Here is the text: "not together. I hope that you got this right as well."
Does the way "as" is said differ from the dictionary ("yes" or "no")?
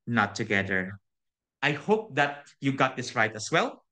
yes